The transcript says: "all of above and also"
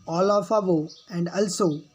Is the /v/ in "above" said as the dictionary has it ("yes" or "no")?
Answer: no